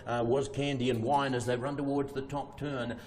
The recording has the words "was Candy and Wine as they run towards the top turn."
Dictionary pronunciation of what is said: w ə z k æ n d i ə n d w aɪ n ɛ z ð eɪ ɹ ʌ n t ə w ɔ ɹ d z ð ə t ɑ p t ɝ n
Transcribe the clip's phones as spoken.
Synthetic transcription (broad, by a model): w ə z k æ n d i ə n w aɪ n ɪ z ð eɪ ɹ ʌ n t ə w ɔ ɹ d z ð ə t ɑ p t ɝ n